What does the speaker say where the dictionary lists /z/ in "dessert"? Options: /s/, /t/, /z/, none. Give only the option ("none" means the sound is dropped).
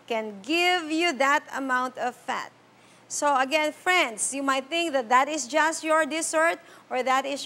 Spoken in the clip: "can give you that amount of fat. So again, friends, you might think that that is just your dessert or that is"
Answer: /s/